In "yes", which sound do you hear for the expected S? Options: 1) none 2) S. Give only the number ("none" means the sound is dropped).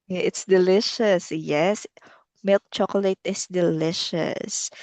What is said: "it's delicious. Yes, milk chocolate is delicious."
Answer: 2